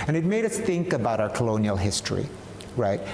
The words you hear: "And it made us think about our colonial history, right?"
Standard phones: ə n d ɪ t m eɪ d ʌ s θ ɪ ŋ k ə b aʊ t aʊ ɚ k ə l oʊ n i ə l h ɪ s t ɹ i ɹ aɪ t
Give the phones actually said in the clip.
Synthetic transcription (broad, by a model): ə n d ɪ t m eɪ d ʌ s θ ɪ ŋ k ə b aʊ t aʊ ɚ k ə l oʊ n i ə l h ɪ s t ɹ i ɹ aɪ t